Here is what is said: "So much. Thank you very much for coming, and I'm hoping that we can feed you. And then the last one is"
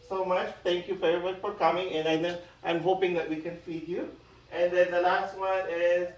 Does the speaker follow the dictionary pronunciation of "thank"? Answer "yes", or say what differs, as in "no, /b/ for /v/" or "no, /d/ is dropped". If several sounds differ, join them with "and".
no, /t/ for /θ/